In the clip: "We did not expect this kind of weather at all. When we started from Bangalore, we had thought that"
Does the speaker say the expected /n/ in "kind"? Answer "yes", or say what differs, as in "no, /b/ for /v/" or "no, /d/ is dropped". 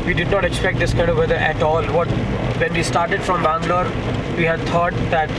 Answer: no, /n/ is dropped